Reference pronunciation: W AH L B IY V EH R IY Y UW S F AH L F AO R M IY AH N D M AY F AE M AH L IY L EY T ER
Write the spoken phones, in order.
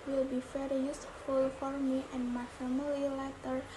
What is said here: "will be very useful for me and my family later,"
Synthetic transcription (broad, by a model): W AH L B IY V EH R IY Y UW S F AH L F AO R M IY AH N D M AY F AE M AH L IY L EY T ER